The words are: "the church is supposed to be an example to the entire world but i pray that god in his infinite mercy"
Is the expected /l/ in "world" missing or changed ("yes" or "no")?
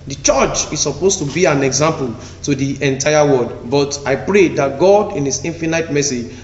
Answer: yes